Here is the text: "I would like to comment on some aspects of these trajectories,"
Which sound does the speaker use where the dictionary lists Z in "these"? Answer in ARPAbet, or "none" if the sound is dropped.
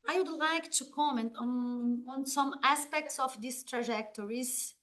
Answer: S